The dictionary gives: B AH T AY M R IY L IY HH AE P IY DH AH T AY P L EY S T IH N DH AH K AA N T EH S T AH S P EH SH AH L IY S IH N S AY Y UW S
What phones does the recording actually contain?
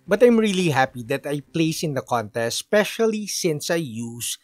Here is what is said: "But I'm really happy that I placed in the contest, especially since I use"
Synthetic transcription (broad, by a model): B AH T AY M R IY L IY HH AE P IY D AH T AY P L EY S IH N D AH K AA N T EH S T S P EH SH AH L IY S IH N S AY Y UW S